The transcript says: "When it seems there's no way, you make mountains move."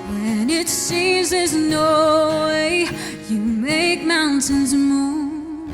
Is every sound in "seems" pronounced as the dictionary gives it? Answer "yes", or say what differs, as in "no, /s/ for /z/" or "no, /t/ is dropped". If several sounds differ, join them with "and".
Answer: yes